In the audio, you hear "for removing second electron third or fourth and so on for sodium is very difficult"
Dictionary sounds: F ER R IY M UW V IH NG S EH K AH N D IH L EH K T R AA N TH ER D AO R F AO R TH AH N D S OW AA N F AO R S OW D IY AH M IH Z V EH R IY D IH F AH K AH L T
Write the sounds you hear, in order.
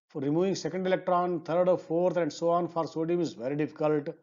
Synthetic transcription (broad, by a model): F R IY M UW V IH NG S EH K AH N D IH L EH K T R AA N T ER D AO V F AO R T AH N D S OW AA N F AO R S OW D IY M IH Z V EH R IY D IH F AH K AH L T